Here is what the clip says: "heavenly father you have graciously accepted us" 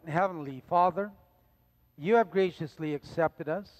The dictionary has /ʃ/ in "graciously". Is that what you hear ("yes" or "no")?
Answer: yes